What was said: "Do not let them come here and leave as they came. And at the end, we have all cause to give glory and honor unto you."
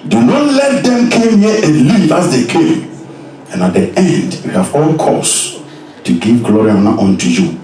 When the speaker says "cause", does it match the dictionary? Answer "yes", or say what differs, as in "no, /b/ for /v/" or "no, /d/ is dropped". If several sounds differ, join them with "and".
no, /s/ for /z/